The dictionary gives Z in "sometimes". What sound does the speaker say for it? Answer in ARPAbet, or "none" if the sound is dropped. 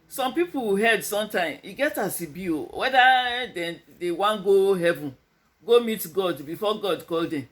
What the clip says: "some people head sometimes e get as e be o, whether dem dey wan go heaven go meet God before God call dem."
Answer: none